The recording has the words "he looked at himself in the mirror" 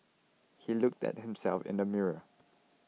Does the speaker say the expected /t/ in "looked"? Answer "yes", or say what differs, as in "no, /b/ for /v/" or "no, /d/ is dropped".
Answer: yes